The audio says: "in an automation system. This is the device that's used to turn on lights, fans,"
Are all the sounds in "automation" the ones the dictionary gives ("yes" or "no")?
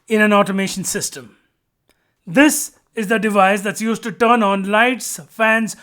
yes